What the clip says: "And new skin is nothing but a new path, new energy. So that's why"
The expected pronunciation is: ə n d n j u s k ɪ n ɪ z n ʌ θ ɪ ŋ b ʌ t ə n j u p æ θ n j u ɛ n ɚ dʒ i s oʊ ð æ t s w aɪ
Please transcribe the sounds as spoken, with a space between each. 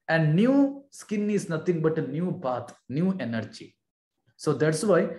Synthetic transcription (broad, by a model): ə n d n j u s k ɪ n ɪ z n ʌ t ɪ ŋ b ʌ t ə n j u p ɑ t n j u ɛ n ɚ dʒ i s oʊ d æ t s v aɪ